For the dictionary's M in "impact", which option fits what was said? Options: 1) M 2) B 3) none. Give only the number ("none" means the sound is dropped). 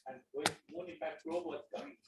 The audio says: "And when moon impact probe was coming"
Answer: 3